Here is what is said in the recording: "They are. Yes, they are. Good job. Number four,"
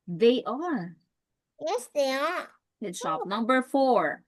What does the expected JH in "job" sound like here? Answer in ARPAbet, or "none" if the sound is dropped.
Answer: SH